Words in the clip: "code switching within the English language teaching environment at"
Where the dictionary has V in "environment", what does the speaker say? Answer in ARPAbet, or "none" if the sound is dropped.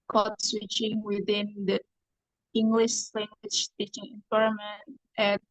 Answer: P